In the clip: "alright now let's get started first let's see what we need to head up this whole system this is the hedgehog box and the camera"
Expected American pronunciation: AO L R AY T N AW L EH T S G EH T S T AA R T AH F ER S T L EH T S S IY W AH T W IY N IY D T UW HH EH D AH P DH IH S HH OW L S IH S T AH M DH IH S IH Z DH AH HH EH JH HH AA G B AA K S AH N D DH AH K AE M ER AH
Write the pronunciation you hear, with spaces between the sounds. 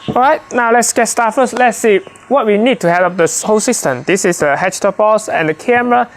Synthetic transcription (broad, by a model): AO R AY T N AW L EH T S G EH T S T AA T F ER S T L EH T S S IY W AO T W IY N IY D T UW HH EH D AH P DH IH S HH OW S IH S T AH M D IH S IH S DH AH HH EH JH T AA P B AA S AH N D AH K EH M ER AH